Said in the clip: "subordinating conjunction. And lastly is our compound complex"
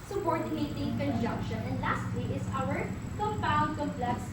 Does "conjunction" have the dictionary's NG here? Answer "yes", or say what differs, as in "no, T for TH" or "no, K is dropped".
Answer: yes